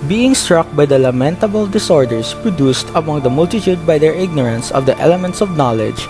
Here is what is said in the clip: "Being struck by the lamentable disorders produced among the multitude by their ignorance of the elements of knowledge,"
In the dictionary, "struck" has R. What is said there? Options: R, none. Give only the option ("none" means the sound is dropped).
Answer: R